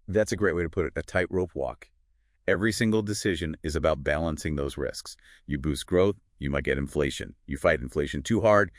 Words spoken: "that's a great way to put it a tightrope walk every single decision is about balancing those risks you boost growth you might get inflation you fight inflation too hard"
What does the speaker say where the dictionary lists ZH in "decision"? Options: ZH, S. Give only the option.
ZH